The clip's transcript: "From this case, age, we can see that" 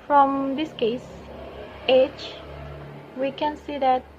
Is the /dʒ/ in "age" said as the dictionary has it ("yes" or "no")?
no